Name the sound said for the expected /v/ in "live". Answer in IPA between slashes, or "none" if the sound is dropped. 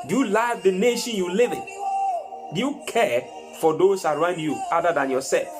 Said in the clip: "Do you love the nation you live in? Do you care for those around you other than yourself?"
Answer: /v/